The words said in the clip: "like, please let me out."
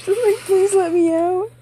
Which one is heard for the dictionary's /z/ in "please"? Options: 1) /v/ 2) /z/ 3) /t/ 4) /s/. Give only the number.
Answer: 2